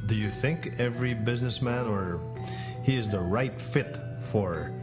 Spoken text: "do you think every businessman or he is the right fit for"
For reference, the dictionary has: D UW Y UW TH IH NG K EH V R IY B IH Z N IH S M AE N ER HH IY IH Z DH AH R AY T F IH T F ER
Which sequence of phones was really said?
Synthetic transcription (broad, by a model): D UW Y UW TH IH NG K EH V R IY B IH Z N IH S M AE N ER HH IY IH Z DH AH R AY T F IH T F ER